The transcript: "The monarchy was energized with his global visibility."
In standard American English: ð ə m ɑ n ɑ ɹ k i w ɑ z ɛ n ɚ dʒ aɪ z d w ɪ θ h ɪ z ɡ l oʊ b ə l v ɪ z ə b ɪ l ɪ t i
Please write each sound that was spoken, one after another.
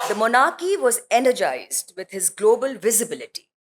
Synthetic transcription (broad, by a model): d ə m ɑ n ɑ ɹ k i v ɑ z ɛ n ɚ dʒ aɪ z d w ɪ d h ɪ z ɡ l oʊ b ə l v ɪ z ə b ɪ l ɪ t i